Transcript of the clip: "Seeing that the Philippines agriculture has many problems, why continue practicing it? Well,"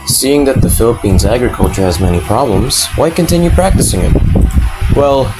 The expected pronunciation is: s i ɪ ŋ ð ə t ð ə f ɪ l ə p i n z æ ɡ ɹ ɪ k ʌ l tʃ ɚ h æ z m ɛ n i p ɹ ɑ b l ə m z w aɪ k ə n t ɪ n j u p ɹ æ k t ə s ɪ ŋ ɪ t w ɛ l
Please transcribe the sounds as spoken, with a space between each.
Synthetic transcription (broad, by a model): s i ɪ ŋ ð ə t ð ə f ɪ l ə p i n z æ ɡ ɹ ɪ k ʌ l tʃ ɚ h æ z m ɛ n i p ɹ ɑ b l ə m z w aɪ k ə n t ɪ n j u p ɹ æ k t ə s ɪ ŋ ɪ t w ɛ l